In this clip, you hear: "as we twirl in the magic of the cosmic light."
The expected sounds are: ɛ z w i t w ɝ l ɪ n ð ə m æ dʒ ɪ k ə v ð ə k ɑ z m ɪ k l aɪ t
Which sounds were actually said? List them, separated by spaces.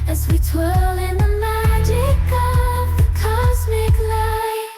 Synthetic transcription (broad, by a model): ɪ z w i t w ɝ l ɪ n ð ə m æ dʒ ɪ k ə v ð ə k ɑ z m ɪ k l aɪ